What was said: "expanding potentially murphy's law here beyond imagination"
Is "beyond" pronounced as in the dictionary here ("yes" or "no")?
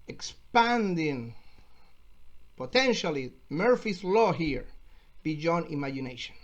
no